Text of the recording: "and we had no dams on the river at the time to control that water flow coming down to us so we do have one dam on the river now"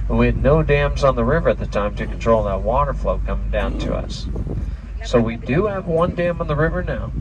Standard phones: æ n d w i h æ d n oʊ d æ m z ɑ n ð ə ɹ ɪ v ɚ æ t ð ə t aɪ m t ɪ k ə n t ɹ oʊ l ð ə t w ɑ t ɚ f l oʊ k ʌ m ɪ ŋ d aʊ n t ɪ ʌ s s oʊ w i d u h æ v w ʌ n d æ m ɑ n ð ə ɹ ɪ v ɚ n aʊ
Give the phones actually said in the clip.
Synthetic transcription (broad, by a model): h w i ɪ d n oʊ d æ m z n ð ə ɹ ɪ v ɚ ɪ t ð ə t aɪ m t ɪ k n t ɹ oʊ l ð ə t w ɑ t ɚ f l oʊ k ʌ m ɪ ŋ d aʊ n t ɪ ʌ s s oʊ w i d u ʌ v w ʌ n d æ m n ð ə ɹ ɪ v ɚ n aʊ